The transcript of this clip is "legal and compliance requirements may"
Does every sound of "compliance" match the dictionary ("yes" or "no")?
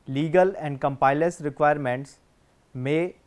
no